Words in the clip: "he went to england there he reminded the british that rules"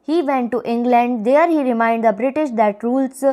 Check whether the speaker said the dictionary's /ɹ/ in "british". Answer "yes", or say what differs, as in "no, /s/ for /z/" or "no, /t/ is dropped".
yes